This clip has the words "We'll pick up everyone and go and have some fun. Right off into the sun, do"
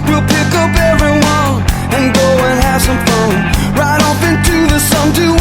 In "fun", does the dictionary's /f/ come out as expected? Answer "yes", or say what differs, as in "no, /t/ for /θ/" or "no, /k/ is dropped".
no, /p/ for /f/